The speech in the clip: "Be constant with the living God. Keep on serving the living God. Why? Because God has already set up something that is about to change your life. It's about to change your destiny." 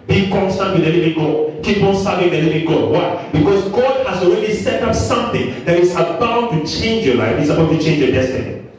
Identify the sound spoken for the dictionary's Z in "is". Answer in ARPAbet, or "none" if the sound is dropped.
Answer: S